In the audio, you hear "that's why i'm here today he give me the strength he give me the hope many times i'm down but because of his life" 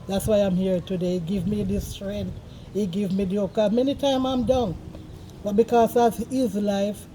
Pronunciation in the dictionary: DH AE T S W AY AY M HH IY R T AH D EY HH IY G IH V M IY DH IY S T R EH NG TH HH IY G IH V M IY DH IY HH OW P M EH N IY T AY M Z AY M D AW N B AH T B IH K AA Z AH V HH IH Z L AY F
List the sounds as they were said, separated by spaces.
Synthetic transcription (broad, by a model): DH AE T S W AY AY M HH IY R T AH D EY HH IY G IH V M IY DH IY S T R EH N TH HH IY G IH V M IY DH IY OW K M EH N IY T AY M AY M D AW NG B AH T B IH K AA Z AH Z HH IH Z L AY F